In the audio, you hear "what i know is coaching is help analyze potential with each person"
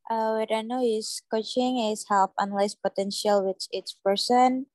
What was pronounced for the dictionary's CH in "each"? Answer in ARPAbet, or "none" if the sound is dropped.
S